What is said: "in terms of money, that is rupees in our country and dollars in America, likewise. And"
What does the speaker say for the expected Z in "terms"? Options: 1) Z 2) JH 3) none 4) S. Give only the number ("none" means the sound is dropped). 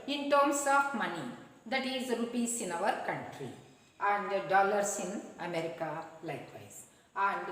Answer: 4